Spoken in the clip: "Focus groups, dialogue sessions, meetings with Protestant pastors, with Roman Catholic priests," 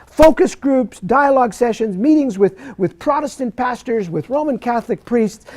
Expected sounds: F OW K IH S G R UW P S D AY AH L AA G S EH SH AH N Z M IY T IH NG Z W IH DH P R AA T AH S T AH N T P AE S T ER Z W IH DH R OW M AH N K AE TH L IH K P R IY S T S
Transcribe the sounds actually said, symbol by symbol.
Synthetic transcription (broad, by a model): F OW K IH S G R UW P S D AY AH L AA G S EH SH AH N Z M IY T IH NG Z W IH DH P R AA T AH S T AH N P AE S T ER Z W IH DH R OW M AH N K AE TH L IH K P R IY S T S